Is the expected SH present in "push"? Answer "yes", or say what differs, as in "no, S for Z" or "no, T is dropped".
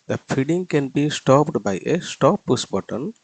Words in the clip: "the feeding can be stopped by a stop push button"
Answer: no, S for SH